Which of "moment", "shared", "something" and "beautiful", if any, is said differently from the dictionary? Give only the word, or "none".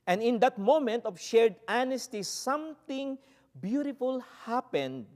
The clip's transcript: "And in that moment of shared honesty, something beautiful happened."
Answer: something